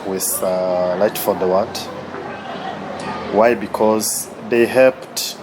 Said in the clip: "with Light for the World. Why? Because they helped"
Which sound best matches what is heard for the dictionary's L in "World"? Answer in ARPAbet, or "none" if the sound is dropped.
N